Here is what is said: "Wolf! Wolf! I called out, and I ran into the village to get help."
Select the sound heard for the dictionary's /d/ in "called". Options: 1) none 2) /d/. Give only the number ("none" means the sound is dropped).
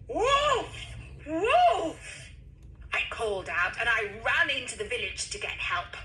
2